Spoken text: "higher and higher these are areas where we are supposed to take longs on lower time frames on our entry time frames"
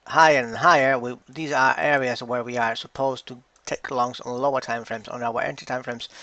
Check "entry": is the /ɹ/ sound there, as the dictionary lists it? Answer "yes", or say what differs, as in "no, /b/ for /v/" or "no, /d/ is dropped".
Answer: no, /ɹ/ is dropped